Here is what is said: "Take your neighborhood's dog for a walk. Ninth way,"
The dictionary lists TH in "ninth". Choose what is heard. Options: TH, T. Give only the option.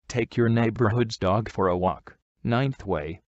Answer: TH